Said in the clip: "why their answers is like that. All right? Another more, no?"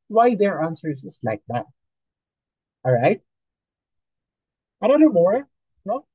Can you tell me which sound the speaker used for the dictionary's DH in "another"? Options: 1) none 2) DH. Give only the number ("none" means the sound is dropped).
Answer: 1